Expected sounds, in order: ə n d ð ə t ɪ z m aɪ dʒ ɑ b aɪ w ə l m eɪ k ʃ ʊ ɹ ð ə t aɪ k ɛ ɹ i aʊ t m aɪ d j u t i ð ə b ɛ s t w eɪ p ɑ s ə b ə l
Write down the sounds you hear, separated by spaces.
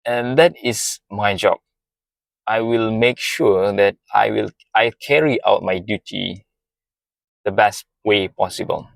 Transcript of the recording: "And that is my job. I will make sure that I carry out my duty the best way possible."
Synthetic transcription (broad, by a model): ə n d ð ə t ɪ s m aɪ dʒ ɑ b aɪ w ə l m eɪ k ʃ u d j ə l aɪ k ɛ ɹ i aʊ t m aɪ d j u t i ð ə b ɛ s t w eɪ p ɑ s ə b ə l